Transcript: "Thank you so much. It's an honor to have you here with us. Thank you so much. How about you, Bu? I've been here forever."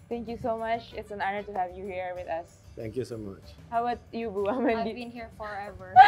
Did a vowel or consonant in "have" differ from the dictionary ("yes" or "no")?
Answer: no